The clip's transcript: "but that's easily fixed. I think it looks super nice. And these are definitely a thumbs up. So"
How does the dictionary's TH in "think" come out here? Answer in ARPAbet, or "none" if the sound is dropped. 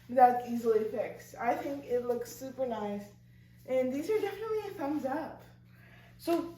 TH